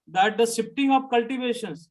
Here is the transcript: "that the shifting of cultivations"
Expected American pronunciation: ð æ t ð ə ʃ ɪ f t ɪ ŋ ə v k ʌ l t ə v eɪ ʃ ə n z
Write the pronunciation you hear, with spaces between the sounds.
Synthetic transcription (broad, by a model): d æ t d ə s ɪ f t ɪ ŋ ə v k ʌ l t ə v eɪ ʃ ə n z